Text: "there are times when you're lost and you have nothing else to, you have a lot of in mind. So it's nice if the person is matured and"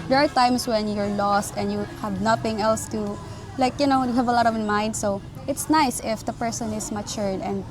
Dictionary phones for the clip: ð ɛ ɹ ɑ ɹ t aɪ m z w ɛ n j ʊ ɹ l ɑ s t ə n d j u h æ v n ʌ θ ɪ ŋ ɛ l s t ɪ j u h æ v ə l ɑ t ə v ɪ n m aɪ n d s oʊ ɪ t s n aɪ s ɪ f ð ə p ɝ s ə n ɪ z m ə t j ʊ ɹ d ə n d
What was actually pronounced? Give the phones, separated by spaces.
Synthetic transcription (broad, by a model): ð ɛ ɹ ɑ ɹ t aɪ m s w ɛ n j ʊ ɹ l ɑ s t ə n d j u h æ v n ʌ θ ɪ ŋ ɛ l s t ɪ j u h æ v ə l ɑ t ə v ɪ n m aɪ n d s oʊ ɪ t s n aɪ s ɪ f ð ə p ɝ s ə n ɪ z m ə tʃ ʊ ɹ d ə n d